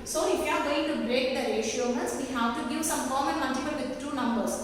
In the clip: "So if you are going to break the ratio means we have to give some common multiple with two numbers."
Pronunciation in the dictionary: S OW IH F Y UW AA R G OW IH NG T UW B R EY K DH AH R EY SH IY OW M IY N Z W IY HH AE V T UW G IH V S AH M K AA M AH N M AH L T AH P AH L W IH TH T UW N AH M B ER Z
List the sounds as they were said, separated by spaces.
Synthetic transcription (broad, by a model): S OW IH F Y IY AA R G OW IH NG T UW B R EY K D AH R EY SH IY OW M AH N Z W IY HH AE V T UW G IH V S AH M K AA M AH N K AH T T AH B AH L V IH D T UW N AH M B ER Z